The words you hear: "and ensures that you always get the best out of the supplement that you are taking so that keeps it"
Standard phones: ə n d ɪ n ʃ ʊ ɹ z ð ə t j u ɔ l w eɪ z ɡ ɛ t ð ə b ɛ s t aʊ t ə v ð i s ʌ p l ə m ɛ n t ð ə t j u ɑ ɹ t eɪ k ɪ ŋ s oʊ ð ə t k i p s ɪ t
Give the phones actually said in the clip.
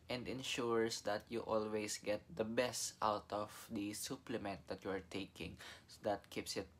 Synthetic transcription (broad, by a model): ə n d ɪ n ʃ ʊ ɹ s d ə t j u ɔ l w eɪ s ɡ ɛ t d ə b ɛ s t aʊ t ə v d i s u p l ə m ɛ n t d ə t j u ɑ ɹ t eɪ k ɪ ŋ s oʊ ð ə t k i p s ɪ t